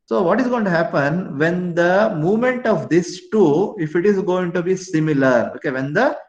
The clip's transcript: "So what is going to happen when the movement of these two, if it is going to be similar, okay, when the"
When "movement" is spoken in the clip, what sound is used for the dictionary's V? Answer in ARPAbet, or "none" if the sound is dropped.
V